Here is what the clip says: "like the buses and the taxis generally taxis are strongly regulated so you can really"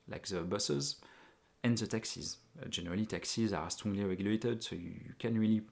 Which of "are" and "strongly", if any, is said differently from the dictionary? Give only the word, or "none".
strongly